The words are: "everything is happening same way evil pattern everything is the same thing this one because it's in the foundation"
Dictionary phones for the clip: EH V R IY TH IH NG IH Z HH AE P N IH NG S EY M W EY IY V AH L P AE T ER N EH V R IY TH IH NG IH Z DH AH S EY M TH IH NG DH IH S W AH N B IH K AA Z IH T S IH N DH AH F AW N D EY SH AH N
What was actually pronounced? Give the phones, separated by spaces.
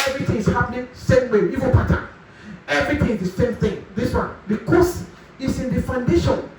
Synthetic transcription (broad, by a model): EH V R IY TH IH NG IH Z HH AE P N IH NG S EY M W EY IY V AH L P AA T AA EH V R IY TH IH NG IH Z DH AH S EY M TH IH NG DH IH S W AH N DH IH K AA S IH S IH N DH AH F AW N D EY SH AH N